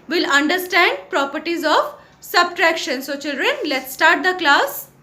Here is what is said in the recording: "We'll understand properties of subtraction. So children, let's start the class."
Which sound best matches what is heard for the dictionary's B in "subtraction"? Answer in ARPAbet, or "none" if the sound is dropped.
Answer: B